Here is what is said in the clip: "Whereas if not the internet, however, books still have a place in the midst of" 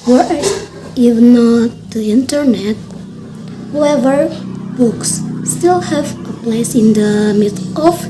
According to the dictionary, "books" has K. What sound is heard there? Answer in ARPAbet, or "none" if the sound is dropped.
K